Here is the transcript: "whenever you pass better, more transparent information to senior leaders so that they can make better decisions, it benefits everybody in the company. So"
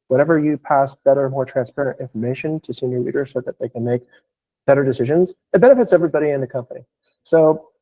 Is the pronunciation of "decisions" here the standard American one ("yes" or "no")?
yes